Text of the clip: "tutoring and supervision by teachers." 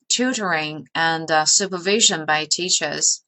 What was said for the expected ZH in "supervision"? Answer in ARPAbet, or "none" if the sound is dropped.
ZH